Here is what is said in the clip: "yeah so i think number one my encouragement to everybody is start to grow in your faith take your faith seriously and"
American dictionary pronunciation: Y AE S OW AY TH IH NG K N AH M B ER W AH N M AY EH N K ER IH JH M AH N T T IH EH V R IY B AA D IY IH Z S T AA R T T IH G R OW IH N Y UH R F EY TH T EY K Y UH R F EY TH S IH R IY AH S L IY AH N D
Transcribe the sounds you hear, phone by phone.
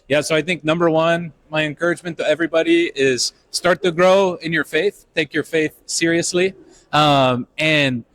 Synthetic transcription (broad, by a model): Y AE S OW AY TH IH NG K N AH M B ER W AH N M AY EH N K ER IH JH M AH N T T IH EH V R IY B AA D IY IH Z S T AA R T T IH G R OW IH N Y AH R F EY TH T EY K Y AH R F EY TH S IH R IY AH S L IY AH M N